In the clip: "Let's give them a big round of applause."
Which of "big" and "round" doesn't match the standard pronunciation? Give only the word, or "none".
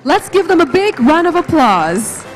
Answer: round